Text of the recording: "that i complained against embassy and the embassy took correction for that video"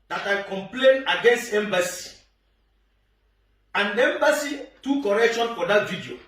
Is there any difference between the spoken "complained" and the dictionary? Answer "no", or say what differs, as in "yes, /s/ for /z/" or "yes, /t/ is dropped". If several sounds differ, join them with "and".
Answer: yes, /d/ is dropped